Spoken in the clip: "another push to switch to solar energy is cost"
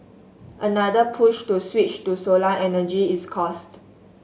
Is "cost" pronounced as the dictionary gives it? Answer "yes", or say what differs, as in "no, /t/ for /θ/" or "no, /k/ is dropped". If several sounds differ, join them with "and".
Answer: yes